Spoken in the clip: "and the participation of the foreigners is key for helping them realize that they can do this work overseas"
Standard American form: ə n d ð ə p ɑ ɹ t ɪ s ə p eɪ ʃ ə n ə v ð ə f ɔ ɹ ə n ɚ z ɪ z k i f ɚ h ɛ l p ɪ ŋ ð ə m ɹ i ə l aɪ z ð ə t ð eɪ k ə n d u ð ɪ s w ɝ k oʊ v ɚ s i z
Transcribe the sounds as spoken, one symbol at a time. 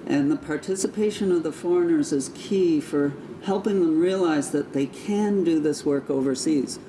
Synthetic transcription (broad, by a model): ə n ð ə p ɑ ɹ t ɪ s ə p eɪ ʃ ə n ə v ð ə f ɔ ɹ ə n ɚ z ɪ z k i f ɚ h ɛ l p ɪ ŋ ð ə m ɹ i ə l aɪ z ð ə t ð eɪ k ə n d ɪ ð ɪ s w ɝ k oʊ v ɚ s i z